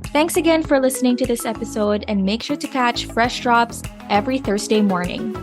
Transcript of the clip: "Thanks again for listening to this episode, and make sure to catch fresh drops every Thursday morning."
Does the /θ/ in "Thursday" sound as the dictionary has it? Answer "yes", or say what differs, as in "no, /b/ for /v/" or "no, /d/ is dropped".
yes